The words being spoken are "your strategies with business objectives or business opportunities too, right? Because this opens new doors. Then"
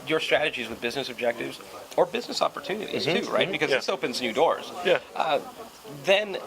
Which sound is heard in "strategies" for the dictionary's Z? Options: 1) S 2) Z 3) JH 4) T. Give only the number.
2